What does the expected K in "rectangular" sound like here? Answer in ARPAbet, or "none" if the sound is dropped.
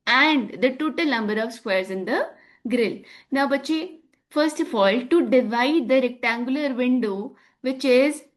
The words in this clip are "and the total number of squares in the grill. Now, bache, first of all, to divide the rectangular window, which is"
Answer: K